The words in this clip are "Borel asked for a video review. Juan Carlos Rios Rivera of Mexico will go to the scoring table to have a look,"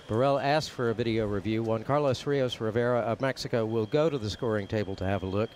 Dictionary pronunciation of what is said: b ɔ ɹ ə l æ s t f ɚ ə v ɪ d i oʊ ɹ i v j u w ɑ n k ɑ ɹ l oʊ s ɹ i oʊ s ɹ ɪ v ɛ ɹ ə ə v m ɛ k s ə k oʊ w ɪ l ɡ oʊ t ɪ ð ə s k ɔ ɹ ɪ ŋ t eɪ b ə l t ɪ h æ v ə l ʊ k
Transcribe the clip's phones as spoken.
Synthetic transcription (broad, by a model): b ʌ ɹ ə l æ s f ɚ ə v ɪ d i oʊ ɹ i v j u w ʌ n k ɑ ɹ l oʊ s ɹ i oʊ s ɹ ɪ v ɛ ɹ ə ə v m ɛ k s ə k oʊ w ɪ l ɡ oʊ t ɪ ð ə s k ɔ ɹ ɪ ŋ t eɪ b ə l t ɪ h v ə l ʊ k